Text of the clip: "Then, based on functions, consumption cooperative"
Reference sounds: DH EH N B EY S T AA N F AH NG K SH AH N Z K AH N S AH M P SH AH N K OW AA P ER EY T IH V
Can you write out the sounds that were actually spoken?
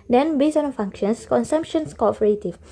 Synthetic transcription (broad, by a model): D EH N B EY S AA N F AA NG K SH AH N S K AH N S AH M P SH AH N K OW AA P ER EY T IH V